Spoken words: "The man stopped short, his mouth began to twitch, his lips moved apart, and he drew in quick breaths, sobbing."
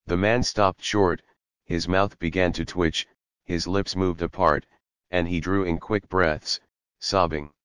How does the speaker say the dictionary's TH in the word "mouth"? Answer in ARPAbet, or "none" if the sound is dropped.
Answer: TH